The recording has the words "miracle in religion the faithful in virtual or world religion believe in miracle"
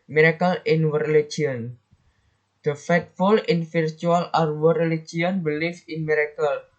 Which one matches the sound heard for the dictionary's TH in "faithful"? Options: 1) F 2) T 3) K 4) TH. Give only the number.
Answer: 2